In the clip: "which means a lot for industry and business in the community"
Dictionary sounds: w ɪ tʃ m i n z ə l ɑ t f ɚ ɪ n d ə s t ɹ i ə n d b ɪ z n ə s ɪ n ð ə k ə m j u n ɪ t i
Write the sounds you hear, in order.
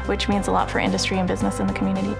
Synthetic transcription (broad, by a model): w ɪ tʃ m i n z ə l ɑ t f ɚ ɪ n d ə s t ɹ i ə n b ɪ z n ə s ɪ n ð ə k m j u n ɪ t i